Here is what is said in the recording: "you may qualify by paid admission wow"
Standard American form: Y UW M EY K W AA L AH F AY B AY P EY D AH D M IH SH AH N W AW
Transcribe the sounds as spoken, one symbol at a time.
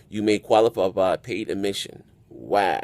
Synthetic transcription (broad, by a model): Y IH M EY K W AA L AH P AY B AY P EY D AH M IH SH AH N W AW